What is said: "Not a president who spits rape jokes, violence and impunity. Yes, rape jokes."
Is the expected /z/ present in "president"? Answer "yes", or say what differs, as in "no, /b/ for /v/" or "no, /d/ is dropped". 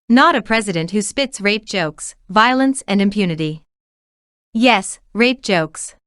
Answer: yes